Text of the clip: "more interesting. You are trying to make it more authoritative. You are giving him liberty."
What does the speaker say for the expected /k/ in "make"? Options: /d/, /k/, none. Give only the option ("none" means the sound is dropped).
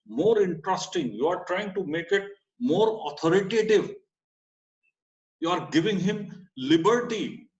/k/